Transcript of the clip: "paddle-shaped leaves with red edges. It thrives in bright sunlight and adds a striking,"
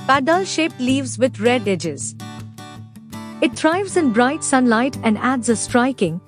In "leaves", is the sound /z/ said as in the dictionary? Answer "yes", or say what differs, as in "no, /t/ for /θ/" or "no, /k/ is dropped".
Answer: yes